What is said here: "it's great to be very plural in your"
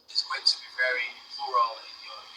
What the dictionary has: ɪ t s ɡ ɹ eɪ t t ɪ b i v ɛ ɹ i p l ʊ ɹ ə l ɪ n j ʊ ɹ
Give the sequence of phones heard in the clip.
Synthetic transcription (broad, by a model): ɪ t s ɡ eɪ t t ɪ b i v ɛ ɹ i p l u ɹ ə l ɪ n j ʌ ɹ